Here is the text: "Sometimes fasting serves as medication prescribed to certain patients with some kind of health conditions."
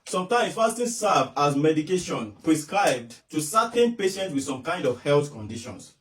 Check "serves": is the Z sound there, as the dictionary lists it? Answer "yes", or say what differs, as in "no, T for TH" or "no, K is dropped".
no, Z is dropped